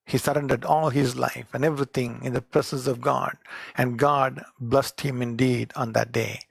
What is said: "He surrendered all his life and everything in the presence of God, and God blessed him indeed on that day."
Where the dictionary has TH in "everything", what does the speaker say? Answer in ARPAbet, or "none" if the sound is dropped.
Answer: T